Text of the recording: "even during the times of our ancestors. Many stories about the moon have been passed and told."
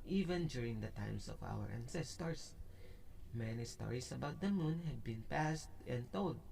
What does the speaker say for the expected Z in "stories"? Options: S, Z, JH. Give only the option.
S